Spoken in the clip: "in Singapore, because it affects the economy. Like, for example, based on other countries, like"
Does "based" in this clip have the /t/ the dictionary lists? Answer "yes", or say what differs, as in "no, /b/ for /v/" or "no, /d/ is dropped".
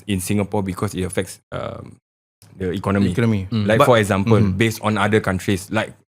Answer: yes